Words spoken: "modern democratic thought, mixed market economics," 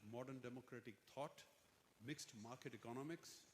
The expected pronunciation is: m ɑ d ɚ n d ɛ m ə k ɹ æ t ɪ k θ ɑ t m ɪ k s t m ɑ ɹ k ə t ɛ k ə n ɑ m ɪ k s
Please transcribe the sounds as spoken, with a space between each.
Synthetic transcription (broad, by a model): m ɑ d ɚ n d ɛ m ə k ɹ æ t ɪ k t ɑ t m ɪ k s t m ɑ ɹ k ə t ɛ k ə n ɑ m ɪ k s